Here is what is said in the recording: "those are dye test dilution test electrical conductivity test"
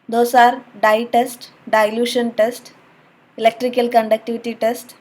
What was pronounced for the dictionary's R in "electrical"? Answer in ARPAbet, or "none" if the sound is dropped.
R